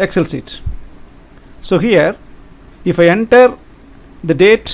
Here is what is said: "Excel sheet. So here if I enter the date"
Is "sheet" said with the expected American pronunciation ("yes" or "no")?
no